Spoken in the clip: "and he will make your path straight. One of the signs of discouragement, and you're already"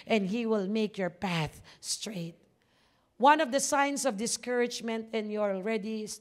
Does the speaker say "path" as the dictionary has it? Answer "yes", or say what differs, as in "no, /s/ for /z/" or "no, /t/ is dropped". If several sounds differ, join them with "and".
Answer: yes